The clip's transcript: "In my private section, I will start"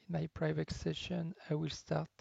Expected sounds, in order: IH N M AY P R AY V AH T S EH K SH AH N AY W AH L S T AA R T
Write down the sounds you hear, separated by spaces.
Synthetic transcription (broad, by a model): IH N M AY P R AY V AH T S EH SH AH N AY W AH L S T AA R T